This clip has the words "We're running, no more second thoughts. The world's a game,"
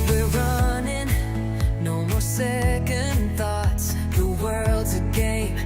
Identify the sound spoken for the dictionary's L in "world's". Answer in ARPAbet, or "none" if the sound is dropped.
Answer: L